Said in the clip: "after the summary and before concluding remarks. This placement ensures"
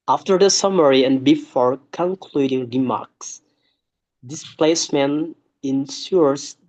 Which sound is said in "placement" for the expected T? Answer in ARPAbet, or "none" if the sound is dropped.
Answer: none